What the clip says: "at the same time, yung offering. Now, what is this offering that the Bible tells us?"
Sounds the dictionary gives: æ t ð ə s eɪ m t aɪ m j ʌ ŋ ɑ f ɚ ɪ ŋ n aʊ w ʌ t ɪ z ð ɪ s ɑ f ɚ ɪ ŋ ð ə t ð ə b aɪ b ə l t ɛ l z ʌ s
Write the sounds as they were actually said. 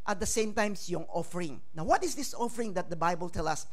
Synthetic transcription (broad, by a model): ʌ t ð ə s eɪ m t aɪ m j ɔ ŋ ɑ f ɚ ɪ ŋ n aʊ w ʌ t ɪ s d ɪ s ɑ f ɚ ɪ ŋ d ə t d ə b aɪ b ə l t ɛ l ʌ s